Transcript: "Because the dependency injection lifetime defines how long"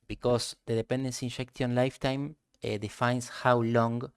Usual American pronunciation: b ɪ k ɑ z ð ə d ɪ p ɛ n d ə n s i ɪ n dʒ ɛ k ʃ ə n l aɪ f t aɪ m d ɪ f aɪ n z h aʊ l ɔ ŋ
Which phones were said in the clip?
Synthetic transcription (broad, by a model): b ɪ k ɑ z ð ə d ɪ p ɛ n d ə n s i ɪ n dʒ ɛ k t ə n l aɪ f t aɪ m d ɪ f aɪ n s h aʊ l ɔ ŋ